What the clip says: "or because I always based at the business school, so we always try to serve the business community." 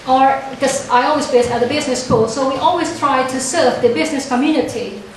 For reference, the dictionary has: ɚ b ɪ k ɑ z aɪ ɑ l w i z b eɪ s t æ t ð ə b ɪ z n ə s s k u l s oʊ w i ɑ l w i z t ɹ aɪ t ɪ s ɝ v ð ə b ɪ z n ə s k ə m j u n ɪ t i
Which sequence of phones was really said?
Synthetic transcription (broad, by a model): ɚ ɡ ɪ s ɑ ɪ ɑ l w i z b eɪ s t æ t ð ə b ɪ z n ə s s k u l s oʊ w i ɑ l w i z t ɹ aɪ t ɪ s ɝ v ð ə b ɪ z n ə s k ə m j u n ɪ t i